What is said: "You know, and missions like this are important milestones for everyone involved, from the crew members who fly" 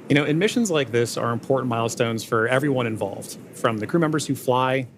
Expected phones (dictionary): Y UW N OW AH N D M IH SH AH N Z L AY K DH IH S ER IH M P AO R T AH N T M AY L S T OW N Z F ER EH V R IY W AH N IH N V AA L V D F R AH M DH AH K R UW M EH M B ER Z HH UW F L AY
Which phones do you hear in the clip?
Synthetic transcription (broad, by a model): Y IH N OW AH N M IH SH AH N Z L AY K DH IH S ER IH M P AO R T N M AY L S T OW N Z F ER EH V R IY W AH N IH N V AA L V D F R AH M DH AH K R UW M EH M B ER Z HH UW F L AY